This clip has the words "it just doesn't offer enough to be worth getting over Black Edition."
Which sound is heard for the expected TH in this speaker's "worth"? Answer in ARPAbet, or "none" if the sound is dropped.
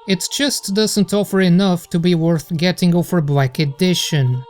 TH